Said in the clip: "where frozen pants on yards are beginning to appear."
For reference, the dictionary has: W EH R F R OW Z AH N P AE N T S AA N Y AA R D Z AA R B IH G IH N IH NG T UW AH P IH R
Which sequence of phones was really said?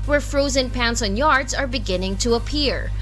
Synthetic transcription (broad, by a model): W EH R F R OW Z AH N P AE N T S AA N Y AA R D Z AA R B IH G IH N IH NG T UW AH P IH R